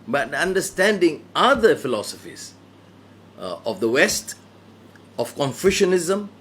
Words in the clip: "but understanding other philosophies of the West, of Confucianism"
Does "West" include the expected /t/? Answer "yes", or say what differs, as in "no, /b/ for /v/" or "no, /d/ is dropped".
yes